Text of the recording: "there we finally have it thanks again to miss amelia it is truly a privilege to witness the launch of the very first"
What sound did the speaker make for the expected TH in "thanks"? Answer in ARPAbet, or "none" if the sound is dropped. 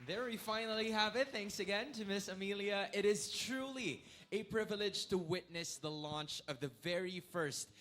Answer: TH